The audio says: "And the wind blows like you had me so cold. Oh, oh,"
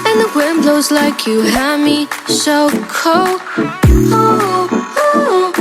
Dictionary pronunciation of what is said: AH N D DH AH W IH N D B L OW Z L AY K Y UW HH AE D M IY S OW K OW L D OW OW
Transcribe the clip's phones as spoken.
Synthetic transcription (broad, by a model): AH N DH AH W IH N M B L OW Z L AY K Y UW HH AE M IY SH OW K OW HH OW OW